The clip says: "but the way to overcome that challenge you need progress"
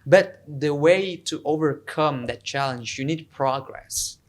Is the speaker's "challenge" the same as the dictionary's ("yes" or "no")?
yes